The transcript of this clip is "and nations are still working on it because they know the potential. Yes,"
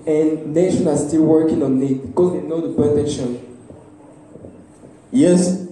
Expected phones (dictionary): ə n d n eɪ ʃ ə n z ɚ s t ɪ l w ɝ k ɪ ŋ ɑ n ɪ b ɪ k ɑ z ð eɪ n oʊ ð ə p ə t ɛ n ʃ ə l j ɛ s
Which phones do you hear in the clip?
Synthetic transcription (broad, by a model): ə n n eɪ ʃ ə n ɚ s t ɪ l w ɝ k ɪ ŋ ɑ n ɪ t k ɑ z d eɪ n oʊ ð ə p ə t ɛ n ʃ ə n j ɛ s